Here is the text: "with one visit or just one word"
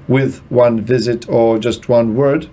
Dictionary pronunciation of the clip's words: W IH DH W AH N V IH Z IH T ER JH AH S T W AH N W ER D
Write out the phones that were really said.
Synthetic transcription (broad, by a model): W IH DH W AH N V IH Z IH T ER JH AH S T W AH N W ER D